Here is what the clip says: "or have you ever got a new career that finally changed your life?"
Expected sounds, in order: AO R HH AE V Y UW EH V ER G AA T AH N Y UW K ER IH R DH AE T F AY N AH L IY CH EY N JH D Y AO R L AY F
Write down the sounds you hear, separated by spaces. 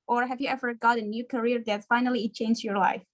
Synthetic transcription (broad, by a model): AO R HH AE V Y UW EH V ER G AA T AH N Y UW K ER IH R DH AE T F AY N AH L IY CH EY N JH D Y AO R L AY F